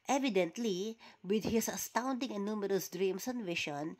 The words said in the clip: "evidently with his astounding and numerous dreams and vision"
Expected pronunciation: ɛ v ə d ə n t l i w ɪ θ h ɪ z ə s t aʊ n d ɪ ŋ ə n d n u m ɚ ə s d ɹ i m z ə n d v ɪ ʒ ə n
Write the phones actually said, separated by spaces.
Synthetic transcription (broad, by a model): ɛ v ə d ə n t l i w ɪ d h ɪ s ə s t aʊ n d ɪ ŋ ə n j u m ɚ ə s d ɹ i m s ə n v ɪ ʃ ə n